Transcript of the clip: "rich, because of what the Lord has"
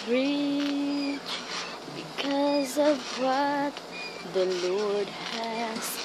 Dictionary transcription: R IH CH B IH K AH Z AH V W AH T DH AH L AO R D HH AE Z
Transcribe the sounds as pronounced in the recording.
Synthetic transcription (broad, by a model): R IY CH B IH K AH Z AH V W AH T DH AH L AO R D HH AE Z